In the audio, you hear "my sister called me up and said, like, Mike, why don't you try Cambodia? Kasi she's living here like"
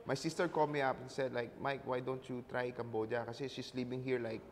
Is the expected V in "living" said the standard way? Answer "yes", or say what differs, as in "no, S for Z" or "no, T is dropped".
no, P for V